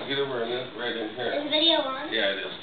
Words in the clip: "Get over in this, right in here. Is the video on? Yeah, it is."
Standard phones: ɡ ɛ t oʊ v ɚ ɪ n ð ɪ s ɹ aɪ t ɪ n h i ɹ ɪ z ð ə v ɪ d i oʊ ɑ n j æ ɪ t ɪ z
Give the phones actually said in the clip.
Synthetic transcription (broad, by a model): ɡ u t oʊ ɚ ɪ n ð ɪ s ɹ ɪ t ɪ n h i ɹ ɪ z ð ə v ɪ d i oʊ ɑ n j æ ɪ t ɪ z